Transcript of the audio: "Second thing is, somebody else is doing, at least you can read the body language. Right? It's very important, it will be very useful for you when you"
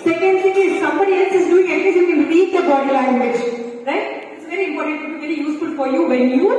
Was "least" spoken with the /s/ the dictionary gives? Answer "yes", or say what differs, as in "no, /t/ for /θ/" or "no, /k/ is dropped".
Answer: no, /s/ is dropped